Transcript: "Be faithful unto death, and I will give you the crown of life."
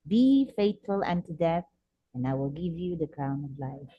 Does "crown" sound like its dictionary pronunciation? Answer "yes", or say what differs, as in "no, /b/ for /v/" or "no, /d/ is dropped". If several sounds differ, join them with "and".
no, /ɹ/ is dropped